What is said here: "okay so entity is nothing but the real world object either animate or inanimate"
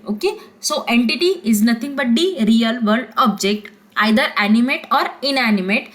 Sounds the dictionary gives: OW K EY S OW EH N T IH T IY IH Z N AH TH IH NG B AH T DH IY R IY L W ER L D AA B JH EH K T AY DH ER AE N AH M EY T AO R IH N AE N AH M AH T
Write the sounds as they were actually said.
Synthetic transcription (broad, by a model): OW K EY S OW EH N T IH T IY IH Z N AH T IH NG B AH T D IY R IY L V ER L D AA B JH EH K T AY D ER AE N AH M EY T AO R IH N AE N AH M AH T